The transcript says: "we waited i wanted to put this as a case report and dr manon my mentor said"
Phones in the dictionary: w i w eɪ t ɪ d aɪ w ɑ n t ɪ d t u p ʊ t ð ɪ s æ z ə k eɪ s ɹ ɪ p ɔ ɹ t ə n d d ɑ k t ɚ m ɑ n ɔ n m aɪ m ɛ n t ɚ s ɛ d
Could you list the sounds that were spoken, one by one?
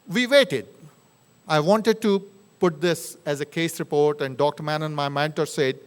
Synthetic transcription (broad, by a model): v i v eɪ t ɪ d aɪ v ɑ n t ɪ d t u p ʊ t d ɪ s æ z ə k eɪ s ɹ ɪ p ɔ ɹ t ə n d d ɑ k t ɚ m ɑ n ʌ n m aɪ m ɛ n t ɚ s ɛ d